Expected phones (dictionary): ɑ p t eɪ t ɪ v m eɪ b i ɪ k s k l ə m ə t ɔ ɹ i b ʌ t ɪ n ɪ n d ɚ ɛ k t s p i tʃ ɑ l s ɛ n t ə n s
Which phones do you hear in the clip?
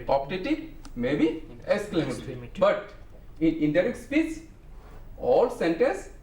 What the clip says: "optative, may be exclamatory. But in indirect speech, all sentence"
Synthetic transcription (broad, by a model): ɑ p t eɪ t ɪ m eɪ b i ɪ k s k l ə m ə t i b ʌ t ɪ n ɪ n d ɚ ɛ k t s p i s ɑ l s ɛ n t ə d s